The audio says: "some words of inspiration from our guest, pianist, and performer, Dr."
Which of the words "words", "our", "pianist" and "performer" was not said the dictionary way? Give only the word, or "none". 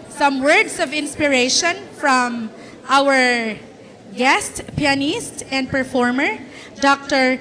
words